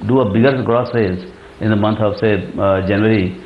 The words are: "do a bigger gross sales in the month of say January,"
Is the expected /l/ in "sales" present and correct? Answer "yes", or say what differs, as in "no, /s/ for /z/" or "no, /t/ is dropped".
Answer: no, /l/ is dropped